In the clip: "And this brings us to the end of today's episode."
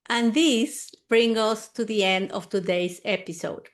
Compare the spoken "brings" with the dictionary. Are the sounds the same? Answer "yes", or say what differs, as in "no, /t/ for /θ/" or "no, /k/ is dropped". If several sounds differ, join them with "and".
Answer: no, /z/ is dropped